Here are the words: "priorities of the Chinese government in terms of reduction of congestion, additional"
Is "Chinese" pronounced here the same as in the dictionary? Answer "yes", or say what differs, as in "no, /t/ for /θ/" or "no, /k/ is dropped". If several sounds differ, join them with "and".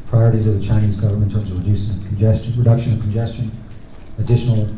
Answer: yes